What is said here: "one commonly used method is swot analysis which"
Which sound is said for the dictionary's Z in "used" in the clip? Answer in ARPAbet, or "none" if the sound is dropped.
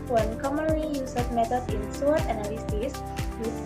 S